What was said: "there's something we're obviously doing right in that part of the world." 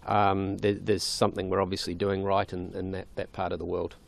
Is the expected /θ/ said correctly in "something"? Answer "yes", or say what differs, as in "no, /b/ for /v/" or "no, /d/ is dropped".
yes